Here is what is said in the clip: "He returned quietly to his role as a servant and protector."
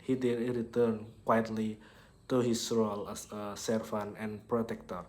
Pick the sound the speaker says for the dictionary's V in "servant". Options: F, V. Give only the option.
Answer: F